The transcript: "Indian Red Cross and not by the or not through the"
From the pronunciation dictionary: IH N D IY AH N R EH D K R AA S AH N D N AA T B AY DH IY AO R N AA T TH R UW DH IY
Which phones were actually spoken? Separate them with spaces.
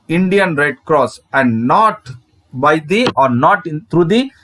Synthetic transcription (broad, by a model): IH N D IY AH N R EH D K R AA S AH N D N AA T B AY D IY AO R N AA T T R UW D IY